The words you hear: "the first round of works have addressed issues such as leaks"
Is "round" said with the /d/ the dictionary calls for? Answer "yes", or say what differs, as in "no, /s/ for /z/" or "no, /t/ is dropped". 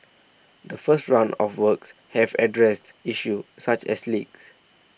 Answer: no, /d/ is dropped